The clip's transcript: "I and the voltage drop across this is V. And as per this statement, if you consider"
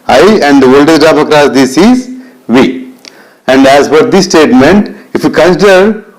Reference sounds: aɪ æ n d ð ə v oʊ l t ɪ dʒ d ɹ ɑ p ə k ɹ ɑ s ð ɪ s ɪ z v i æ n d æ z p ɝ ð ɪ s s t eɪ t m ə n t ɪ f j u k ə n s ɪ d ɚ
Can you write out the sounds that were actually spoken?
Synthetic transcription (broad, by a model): aɪ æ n d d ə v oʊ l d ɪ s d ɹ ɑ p ə k ɹ ɑ s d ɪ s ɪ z v i æ n d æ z f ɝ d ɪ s s t eɪ t m ə n t ɪ f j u k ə n s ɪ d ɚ